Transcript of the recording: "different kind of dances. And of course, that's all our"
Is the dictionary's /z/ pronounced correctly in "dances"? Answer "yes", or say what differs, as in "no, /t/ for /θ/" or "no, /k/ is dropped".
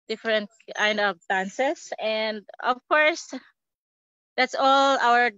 no, /s/ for /z/